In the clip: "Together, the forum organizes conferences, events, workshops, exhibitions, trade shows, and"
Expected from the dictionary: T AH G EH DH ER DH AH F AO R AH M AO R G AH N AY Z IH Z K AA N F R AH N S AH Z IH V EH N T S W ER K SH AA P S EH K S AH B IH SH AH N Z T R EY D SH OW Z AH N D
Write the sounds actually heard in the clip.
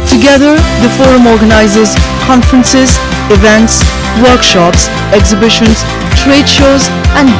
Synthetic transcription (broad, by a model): T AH G EH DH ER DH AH F AO R AH M AO R G AH N AY Z IH Z K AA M F R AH N S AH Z IH V EH N T S W ER K SH AA P S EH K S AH B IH SH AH N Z T R EY D SH OW Z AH N